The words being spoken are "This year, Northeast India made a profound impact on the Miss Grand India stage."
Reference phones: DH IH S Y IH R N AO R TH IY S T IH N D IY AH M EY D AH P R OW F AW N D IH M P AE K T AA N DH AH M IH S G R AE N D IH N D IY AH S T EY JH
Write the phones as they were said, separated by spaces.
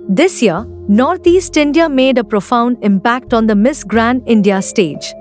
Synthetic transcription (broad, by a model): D IH S Y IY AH N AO R T IY S T IH N D IY AH M EY D AH P R OW F AW N D IH M P AE K T AA N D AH M IH S G R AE N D IH N D IY AH S T EY JH